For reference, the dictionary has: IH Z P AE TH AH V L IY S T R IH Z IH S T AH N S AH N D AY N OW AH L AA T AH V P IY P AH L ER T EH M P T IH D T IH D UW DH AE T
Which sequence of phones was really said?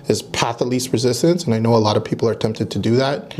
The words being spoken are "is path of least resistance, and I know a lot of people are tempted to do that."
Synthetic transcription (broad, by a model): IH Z P AE TH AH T L IY S T R IH Z IH S T AH N S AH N AY N OW AH L AA T AH V P IY P L ER T EH M P T IH D T IH D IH DH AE T